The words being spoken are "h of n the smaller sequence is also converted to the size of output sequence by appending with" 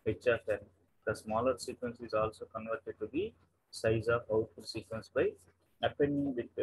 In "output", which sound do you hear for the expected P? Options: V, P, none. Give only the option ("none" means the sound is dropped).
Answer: none